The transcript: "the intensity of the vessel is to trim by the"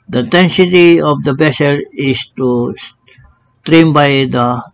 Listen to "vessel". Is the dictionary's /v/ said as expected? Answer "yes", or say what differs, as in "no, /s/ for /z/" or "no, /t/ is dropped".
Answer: no, /b/ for /v/